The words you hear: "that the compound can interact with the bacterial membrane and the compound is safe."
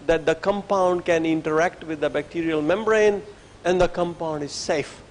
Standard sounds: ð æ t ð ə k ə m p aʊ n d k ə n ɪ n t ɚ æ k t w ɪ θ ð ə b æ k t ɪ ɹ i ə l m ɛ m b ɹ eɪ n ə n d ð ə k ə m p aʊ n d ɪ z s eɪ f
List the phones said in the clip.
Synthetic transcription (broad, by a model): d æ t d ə k ə m p aʊ n d k ə n ɪ n t ɚ æ k t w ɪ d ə b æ k t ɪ ɹ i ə l m ɛ m b ɹ eɪ n ə n d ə k ə m p aʊ n d ɪ z s eɪ f